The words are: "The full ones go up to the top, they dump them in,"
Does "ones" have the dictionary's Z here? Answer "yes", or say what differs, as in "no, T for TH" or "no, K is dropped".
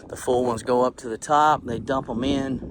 yes